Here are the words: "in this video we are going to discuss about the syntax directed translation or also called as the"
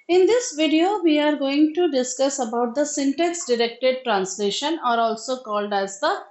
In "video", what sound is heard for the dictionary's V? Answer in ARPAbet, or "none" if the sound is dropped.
V